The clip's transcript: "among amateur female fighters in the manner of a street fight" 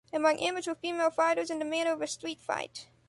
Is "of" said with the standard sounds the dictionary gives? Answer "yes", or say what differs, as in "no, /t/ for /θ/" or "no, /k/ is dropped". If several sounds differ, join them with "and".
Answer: yes